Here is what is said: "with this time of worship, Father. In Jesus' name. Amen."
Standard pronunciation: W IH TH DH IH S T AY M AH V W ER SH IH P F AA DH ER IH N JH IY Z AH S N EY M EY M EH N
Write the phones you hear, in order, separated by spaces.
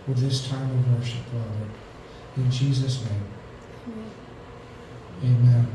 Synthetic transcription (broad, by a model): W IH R DH IH S T AY M AH V W ER SH IH P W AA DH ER IH N JH IY Z AH S N EY M EY M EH N